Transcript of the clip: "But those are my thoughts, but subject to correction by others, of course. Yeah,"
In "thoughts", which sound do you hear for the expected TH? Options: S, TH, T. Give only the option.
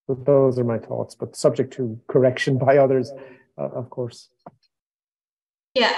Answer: TH